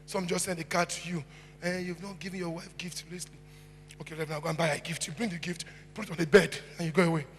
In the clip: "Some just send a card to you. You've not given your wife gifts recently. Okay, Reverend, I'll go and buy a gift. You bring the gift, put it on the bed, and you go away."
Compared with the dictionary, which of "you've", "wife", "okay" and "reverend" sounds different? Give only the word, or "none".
reverend